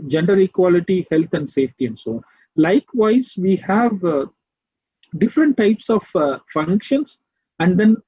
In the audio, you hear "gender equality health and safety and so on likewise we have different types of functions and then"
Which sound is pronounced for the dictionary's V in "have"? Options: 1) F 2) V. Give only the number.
2